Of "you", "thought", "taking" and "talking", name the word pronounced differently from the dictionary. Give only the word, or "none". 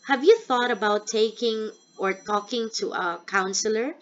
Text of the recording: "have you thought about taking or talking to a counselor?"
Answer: none